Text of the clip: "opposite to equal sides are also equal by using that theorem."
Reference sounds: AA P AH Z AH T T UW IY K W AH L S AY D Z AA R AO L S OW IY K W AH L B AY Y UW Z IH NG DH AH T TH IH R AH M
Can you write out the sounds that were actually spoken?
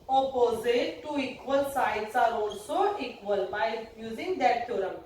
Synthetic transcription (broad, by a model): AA P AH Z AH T T UW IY K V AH L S AY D S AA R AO N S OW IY K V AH L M AY Y UW Z IH NG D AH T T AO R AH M